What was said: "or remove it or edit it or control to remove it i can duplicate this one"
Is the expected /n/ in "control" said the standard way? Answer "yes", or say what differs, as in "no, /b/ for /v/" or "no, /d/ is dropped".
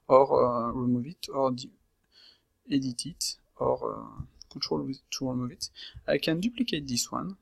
no, /n/ is dropped